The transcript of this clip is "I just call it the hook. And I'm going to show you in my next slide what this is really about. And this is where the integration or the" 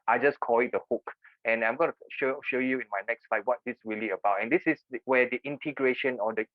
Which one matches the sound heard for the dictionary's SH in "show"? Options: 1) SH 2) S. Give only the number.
1